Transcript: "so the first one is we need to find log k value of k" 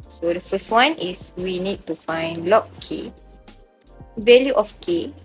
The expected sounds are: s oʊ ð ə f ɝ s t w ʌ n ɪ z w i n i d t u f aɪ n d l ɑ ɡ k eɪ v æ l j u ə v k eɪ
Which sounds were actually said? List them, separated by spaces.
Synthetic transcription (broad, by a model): s oʊ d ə f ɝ s t w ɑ n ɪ s w i n i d t u f aɪ n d l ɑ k k eɪ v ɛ l j u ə f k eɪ